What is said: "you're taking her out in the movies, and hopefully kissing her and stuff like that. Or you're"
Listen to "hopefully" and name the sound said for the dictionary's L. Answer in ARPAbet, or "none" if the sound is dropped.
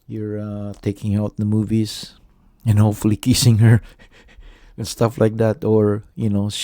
L